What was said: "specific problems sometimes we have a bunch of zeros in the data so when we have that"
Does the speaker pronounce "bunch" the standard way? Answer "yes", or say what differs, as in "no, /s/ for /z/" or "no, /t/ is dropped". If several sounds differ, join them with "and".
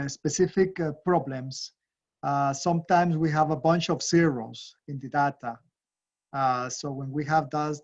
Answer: yes